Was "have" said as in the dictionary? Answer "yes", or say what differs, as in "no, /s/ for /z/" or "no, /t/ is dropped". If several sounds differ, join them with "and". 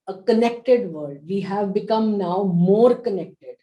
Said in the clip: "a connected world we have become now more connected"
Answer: yes